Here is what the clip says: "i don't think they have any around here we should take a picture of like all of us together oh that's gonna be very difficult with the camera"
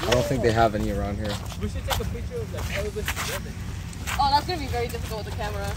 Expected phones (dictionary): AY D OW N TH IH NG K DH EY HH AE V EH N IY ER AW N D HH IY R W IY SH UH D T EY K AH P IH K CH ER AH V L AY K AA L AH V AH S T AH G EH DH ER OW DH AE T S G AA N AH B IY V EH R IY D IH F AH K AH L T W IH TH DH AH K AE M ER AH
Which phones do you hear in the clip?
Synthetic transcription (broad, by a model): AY D OW N TH IH NG K DH EY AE V EH N IY ER AW N D HH IY R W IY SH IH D T EY K AH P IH CH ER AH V L AY K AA W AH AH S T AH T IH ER OW DH AE T S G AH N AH B IY V EH R IY D IH F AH K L T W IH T DH AH K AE M ER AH